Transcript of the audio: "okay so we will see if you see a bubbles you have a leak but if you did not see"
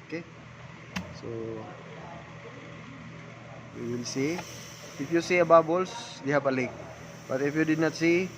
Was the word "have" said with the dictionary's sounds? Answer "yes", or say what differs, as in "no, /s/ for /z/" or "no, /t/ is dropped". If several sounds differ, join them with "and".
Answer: no, /p/ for /v/